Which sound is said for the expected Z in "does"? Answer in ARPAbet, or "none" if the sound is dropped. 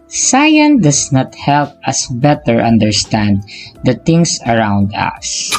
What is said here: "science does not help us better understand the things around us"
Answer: S